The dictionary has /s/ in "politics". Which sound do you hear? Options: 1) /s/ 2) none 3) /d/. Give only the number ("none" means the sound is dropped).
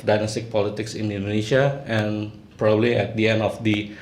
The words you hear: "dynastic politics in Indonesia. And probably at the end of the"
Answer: 1